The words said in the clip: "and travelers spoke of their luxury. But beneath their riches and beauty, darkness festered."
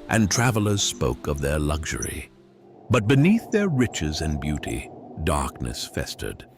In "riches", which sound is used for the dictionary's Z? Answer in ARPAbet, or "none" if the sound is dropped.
Z